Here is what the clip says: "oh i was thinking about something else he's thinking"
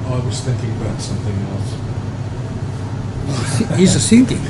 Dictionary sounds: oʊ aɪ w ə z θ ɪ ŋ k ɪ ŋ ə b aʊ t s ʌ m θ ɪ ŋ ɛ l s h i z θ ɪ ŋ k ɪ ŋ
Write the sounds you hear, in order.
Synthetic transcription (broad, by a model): aɪ w ə z θ ɪ ŋ k ɪ ŋ ə b aʊ t s ʌ m θ ɪ ŋ ɛ l s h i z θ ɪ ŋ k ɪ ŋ